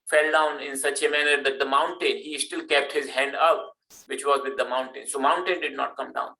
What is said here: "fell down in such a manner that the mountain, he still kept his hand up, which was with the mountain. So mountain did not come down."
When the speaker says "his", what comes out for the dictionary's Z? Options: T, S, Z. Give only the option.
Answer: Z